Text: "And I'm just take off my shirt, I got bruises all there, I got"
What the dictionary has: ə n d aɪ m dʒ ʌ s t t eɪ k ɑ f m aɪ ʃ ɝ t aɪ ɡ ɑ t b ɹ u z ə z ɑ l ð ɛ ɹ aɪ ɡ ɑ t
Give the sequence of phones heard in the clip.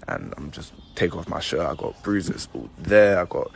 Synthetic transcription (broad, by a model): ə n aɪ m dʒ ʌ s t t eɪ k ɑ f m aɪ ʃ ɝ aɪ ɡ ɑ t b ɹ u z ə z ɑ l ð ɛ aɪ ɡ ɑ t